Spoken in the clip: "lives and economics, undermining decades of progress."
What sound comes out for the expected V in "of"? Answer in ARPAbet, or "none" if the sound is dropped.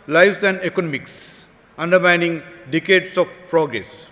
F